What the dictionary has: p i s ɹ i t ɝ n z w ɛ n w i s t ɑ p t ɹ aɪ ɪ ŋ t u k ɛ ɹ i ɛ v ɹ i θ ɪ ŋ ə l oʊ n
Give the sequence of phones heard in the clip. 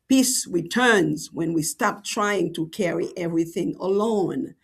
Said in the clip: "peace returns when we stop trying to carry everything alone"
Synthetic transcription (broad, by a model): p i s ɹ i t ɝ n z w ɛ n w i s t ɑ p t ɹ aɪ ɪ ŋ t u k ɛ ɹ i ɛ v ɹ i θ ɪ ŋ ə l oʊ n